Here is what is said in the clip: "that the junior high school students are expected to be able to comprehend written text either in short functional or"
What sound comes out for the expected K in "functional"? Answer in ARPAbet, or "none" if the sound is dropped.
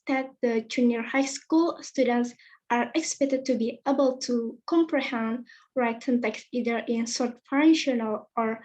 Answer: none